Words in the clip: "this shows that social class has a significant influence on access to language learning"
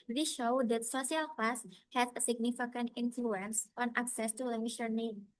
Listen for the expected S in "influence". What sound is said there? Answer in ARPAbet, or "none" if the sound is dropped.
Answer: S